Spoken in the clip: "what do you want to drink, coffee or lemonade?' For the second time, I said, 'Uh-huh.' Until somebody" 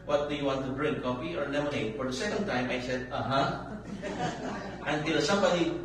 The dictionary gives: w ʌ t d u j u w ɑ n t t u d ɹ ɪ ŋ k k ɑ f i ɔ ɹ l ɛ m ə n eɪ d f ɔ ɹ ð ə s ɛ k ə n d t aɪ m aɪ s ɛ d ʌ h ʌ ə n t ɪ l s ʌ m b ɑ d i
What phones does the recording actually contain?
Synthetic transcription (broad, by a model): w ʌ t d u j u w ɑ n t t u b ɹ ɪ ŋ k k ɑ p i ɔ ɹ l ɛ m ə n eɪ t f ɔ ɹ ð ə s ɛ k ə n d t aɪ m aɪ s ɛ d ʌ h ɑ ə n t ɪ l s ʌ m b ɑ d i